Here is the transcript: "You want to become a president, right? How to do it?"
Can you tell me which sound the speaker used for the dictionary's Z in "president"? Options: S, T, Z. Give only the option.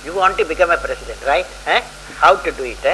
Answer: S